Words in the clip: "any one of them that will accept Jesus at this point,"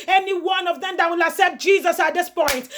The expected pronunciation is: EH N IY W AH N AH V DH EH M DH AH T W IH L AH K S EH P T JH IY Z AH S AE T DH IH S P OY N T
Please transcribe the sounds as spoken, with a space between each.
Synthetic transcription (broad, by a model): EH N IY W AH N AH V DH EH M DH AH T W IH L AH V S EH T JH IY Z AH S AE T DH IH S P OY N T